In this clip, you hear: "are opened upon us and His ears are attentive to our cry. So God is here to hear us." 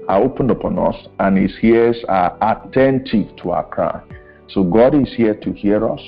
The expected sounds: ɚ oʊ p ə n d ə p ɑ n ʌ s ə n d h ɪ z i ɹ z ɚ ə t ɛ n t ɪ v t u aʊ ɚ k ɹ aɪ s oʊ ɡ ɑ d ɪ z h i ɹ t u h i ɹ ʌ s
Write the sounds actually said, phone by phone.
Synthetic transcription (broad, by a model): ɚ oʊ p ə n d ə p ɑ n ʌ s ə n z h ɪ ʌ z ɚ ə t ɛ n t ɪ v t u aʊ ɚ k ɹ aɪ s oʊ ɡ ɑ d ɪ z h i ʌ t u h i ɹ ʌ s